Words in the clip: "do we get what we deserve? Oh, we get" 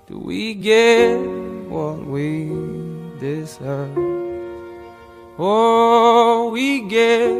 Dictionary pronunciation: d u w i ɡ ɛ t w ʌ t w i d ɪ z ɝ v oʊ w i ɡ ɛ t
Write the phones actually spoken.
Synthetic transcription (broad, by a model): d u w i ɡ ɛ t w ʌ t w i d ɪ s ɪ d oʊ w i ɡ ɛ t